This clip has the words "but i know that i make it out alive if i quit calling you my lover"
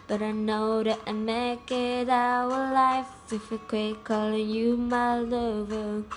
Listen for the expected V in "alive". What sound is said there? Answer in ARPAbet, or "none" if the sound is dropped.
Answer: F